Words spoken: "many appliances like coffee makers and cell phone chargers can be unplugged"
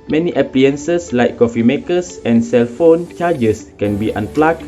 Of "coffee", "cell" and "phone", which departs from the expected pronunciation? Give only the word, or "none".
none